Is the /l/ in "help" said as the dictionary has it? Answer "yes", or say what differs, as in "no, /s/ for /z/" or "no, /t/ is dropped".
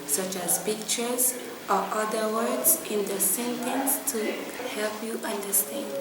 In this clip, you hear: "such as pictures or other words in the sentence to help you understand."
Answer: yes